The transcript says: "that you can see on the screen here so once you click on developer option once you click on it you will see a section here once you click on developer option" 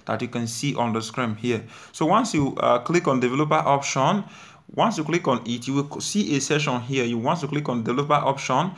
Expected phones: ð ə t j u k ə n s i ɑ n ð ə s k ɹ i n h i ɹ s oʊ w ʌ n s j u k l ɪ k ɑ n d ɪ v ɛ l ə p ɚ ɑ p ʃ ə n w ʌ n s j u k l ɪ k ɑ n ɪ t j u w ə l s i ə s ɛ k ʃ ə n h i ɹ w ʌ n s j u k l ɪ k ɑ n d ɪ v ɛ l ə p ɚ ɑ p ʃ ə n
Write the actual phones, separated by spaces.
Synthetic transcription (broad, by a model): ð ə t j u k ə n s i ɑ n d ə s k ɹ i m h i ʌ s oʊ w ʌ n s j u k l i k ɑ n d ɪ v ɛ l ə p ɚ ɑ p ʃ ə n w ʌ n s j u k l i k ɑ n ɪ t j u w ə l s i ə s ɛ ʃ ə n h i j w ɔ n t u k l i k ɑ n d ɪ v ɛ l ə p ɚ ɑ p ʃ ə n